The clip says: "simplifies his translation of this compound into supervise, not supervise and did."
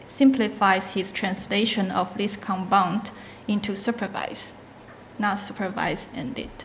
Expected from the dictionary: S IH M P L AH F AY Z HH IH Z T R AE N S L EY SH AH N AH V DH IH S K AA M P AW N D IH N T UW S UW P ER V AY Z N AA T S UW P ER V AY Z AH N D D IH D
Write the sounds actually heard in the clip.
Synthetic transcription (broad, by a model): S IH M P L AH F AY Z HH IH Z T R AE N S L EY SH AH N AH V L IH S K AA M B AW N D IH N T UW S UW P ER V AY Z N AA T S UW P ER V AY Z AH N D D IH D